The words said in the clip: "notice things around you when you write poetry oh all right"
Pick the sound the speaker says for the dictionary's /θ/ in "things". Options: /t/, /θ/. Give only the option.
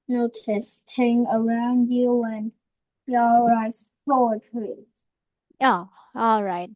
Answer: /t/